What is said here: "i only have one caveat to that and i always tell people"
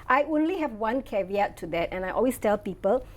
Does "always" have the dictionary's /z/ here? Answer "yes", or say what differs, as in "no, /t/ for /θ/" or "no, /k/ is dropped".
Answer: no, /s/ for /z/